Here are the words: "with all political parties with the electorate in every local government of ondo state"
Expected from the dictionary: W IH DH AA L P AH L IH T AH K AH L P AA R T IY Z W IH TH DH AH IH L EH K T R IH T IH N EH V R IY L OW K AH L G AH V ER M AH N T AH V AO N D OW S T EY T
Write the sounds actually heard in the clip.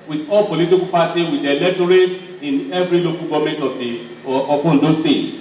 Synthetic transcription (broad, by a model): W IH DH AA L P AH L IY T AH K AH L P AA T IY W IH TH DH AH L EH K T R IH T IH N EH V R IY L OW K AH L G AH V M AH N T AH F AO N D OW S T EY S